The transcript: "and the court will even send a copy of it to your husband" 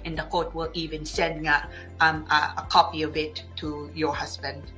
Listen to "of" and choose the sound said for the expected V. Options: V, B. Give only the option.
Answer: B